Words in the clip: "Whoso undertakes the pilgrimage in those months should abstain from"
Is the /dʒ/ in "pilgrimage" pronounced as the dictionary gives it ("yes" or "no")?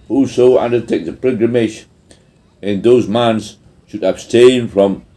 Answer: no